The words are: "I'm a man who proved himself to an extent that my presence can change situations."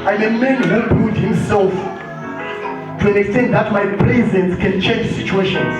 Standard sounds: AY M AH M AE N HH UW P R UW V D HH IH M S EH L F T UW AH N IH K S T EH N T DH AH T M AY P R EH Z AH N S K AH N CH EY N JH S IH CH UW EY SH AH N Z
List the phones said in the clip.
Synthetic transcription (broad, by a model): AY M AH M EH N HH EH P UW D HH IH M S EH L F T UW AH N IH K S T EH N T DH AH T M AY P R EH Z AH N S K AH N CH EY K S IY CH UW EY SH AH N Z